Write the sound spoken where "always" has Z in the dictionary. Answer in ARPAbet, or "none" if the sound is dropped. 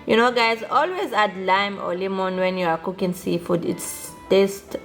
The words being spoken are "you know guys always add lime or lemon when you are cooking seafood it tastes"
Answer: Z